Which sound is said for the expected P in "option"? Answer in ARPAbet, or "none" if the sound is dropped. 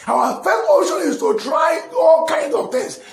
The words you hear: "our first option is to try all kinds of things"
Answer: none